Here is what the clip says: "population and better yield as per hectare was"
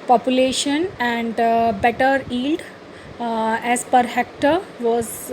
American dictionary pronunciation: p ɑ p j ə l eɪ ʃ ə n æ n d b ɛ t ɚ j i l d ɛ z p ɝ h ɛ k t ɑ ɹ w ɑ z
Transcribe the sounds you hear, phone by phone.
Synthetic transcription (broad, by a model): p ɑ p j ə l eɪ ʃ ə n æ n d b ɛ t ɚ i l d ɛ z p ɝ h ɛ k t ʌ ɹ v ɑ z